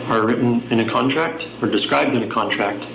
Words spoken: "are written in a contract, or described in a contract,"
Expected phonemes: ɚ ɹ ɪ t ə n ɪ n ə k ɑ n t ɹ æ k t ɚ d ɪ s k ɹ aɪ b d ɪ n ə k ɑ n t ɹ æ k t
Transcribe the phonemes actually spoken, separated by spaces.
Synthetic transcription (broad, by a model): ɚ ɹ ɪ t n ɪ n ə k ɑ n t ɹ æ k t ɚ d ɪ s k ɹ aɪ b d ɪ n ə k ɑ n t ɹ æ k t